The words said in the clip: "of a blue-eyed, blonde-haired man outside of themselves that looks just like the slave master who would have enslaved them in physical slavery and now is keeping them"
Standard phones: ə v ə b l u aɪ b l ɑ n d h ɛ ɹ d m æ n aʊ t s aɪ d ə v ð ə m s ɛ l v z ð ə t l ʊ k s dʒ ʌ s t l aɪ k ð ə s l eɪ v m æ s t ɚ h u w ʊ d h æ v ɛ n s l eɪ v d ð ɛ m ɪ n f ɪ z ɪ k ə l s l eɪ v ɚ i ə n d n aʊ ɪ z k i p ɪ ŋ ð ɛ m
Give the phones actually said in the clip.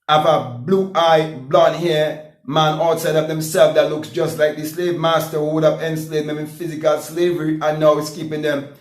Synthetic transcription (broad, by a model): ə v ə b l u aɪ b l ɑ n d h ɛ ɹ m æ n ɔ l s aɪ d ə v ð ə m s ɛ l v ð ə t l ʊ k s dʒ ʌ s t l aɪ k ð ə s l eɪ v m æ s t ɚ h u w ʊ d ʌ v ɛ n s l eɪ d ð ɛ m ɪ n f ɪ z ɪ k ə l s l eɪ v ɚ i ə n n aʊ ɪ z k i p ɪ ŋ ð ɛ m